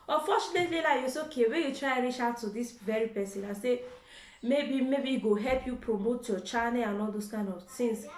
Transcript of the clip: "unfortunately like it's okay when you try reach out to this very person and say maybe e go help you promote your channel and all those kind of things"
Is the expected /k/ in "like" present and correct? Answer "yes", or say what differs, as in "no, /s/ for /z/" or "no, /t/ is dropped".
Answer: no, /k/ is dropped